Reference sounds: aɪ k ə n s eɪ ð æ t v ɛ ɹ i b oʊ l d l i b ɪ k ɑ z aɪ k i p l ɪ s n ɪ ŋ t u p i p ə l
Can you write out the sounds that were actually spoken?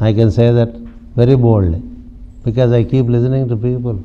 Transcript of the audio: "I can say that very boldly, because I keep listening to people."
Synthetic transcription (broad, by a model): aɪ k ə n s eɪ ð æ t v ɛ ɹ i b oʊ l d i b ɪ k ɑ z aɪ k i p l ɪ s n ɪ ŋ t u p i p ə l